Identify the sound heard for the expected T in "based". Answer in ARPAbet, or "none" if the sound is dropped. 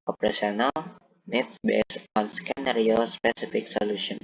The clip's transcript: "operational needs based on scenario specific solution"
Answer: none